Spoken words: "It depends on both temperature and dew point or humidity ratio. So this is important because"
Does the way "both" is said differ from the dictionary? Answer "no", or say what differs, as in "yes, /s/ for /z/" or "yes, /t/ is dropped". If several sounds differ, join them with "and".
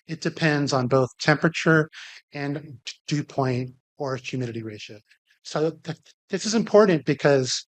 no